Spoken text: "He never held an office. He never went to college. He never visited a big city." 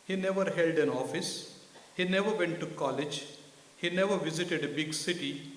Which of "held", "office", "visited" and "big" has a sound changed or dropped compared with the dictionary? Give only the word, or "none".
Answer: none